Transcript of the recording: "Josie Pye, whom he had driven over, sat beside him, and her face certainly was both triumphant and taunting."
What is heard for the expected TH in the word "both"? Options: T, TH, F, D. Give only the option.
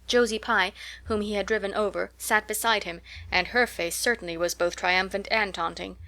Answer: TH